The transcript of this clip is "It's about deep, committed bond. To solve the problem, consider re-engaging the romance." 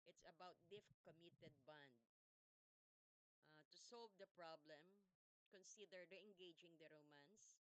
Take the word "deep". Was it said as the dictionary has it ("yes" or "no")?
no